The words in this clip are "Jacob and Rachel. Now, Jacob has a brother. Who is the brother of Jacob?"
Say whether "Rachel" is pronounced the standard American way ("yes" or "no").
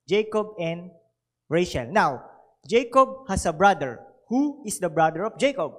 no